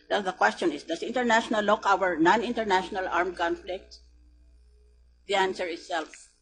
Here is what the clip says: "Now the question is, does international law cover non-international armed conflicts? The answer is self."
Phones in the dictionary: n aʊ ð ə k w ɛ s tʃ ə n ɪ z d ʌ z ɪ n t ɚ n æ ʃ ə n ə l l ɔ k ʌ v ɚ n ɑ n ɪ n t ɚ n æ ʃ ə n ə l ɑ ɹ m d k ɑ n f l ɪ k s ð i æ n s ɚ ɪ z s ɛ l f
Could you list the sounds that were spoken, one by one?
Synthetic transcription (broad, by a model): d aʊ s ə k w ɛ s tʃ ə n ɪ s d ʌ s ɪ n t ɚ n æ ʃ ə n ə l l ɔ k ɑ w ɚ n ɑ n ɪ n t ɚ n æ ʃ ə n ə l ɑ ɹ m k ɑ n f l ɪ k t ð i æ n s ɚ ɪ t s ɛ l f